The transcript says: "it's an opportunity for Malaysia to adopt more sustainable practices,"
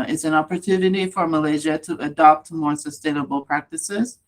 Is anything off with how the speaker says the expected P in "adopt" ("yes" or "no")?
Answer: no